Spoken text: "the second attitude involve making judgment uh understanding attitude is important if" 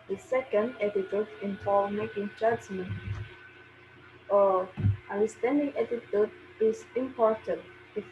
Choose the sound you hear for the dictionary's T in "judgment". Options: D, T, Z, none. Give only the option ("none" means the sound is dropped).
none